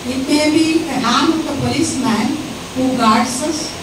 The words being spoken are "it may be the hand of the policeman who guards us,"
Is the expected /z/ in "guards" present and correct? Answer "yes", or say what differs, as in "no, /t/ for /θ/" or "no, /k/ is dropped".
no, /s/ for /z/